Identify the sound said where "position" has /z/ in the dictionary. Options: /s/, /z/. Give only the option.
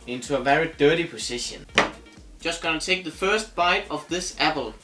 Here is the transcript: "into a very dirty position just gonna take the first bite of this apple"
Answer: /s/